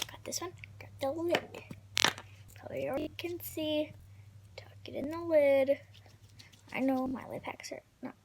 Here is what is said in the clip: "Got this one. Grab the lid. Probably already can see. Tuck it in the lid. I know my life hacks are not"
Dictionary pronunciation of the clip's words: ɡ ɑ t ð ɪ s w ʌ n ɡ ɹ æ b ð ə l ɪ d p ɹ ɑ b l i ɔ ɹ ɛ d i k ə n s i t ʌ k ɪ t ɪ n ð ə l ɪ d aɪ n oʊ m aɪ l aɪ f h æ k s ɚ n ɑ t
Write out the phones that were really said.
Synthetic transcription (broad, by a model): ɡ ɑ t ð ɪ s w ʌ n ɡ ɑ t ð ə l ɪ d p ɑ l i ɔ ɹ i k ə n s i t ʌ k ɪ t ɪ n ð ə l ɪ d aɪ n oʊ m aɪ l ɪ p h æ k s ɚ n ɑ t